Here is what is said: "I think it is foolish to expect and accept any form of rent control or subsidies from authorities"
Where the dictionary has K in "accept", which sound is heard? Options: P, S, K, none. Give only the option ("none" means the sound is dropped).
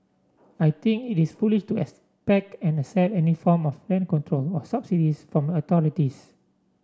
none